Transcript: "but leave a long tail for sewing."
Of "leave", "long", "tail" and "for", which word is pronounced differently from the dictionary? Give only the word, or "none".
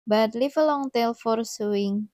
leave